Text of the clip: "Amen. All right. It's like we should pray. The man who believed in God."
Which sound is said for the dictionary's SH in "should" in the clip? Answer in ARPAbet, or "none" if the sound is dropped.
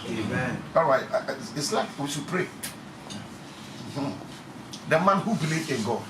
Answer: S